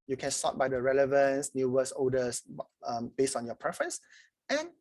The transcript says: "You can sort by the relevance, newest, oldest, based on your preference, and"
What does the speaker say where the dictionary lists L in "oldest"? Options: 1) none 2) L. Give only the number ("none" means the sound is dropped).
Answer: 1